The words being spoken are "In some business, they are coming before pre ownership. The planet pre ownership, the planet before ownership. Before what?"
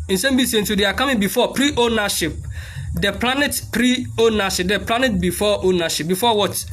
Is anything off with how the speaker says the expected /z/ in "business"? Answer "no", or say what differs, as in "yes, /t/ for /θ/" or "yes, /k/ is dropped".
yes, /s/ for /z/